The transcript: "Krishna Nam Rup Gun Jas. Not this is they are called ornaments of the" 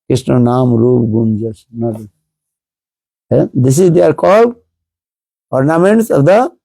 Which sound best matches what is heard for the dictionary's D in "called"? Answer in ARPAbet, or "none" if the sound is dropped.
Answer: none